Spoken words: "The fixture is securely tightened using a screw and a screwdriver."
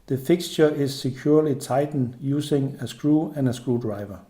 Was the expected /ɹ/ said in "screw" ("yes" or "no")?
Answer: yes